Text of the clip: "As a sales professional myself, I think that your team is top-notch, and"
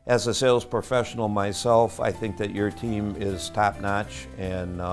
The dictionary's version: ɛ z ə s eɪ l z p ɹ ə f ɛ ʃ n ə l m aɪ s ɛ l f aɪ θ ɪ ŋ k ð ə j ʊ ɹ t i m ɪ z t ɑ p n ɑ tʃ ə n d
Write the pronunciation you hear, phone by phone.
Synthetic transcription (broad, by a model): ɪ z ə s eɪ l z p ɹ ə f ɛ ʃ n l m aɪ s ɛ l f aɪ θ ɪ ŋ k ð ə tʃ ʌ ɹ t i m ɪ z t ɑ p n ɑ tʃ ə n